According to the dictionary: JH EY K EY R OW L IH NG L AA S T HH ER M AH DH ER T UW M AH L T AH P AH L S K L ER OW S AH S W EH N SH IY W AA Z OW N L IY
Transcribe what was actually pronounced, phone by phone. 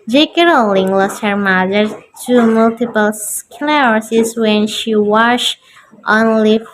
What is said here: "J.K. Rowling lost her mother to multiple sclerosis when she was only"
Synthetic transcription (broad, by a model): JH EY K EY R OW L IH NG L AA S T HH ER M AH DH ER T UW M AH L T AH P AH L S K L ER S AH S W EH N SH IY W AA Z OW N L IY